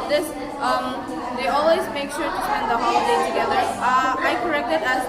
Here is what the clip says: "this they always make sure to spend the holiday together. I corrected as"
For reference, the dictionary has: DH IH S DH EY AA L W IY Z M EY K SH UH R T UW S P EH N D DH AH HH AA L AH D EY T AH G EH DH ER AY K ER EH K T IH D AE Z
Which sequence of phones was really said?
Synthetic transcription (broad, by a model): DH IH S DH EY AA L W IY Z M EY K SH UH R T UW S EH N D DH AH HH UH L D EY T AH G EH DH ER AY K ER EH K T IH D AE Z